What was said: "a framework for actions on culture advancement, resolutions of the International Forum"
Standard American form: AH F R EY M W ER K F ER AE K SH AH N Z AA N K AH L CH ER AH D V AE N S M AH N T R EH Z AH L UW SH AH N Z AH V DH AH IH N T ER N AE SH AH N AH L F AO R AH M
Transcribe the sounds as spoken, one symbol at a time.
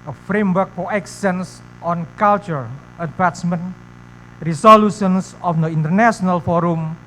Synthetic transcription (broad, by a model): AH F R EY M W ER K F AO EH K S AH N S AA N K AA L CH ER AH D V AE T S M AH N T R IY S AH L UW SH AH N S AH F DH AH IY N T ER N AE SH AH N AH L F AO R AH M